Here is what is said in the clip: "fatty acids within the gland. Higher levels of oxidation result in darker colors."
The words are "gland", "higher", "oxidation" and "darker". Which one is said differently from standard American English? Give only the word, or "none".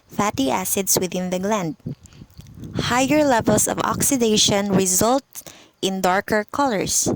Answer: none